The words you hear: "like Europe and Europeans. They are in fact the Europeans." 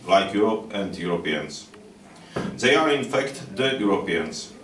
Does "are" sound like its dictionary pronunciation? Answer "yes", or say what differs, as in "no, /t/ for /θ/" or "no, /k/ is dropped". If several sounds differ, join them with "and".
yes